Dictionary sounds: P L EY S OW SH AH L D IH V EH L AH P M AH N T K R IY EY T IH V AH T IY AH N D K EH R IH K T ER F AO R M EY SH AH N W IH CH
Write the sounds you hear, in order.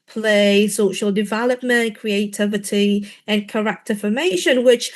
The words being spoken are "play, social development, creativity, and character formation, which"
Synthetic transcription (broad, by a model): P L EY S OW SH AH L D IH V EH L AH P M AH N K R IY EY T IH V AH T IY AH N K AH R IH K T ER F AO M EY SH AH N W IH CH